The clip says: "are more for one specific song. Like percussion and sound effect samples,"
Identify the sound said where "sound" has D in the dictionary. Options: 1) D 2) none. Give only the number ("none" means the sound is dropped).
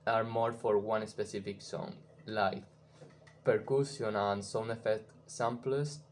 2